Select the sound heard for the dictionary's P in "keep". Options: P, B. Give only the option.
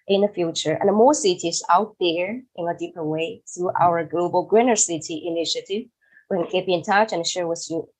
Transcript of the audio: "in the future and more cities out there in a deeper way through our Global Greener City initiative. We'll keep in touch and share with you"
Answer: B